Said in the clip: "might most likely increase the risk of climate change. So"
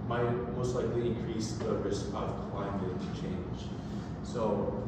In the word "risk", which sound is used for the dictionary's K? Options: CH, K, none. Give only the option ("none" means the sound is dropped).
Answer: none